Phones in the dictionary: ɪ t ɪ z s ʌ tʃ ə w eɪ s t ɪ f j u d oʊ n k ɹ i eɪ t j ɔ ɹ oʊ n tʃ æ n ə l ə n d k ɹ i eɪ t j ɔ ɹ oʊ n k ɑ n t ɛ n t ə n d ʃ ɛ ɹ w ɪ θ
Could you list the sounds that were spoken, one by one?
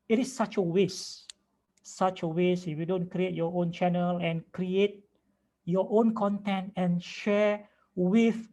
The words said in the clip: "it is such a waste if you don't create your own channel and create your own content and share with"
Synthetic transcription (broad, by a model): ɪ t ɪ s s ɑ tʃ ə w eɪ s ɪ f j u d oʊ n k ɹ i eɪ t j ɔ oʊ n tʃ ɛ n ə l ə n k ɹ i eɪ t j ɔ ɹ oʊ n k ɑ n t ɛ n t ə n ʃ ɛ w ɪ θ